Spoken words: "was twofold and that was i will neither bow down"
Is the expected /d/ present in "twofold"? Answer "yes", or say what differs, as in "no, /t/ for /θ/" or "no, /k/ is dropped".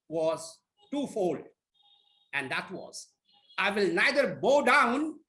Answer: no, /d/ is dropped